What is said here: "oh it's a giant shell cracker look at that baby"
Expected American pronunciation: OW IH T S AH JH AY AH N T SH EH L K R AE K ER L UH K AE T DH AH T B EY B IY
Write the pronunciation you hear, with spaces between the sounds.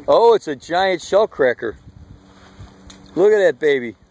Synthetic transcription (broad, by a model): OW IH T S AH JH AY AH N T SH EH L K R AE K ER L UH K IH T DH AH T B EY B IY